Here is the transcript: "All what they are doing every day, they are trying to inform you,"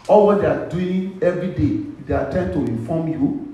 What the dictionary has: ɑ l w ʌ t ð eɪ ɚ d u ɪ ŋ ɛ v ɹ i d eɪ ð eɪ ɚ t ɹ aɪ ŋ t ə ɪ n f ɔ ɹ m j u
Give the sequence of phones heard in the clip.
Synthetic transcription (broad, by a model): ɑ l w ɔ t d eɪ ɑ d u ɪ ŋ ɛ v ɹ i d eɪ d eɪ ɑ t aɪ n t ə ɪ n f ɔ m j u